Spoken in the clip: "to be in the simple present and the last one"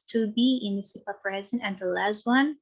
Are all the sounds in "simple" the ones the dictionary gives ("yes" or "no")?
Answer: no